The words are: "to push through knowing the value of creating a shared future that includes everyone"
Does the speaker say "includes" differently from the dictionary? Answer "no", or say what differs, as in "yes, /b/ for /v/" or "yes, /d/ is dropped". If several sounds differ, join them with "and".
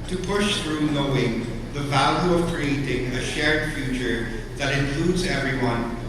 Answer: no